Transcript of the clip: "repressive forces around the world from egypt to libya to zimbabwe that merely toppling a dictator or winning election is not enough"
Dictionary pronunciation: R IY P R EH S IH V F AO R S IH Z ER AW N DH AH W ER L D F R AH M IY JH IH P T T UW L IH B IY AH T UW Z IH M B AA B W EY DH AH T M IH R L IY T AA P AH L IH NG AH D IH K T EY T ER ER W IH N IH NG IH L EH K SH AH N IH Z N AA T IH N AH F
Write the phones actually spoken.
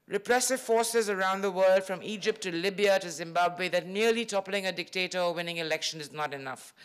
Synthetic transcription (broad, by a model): R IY P R EH S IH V F AO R S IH Z ER AW N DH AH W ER L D F R AH M IY JH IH P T T UW L IH B IY AH T UW Z IH M B AA B W EY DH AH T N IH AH L IY T AA P AH L IH NG AH D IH K T EY T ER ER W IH N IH NG IH L EH K SH AH N IH Z N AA T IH N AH F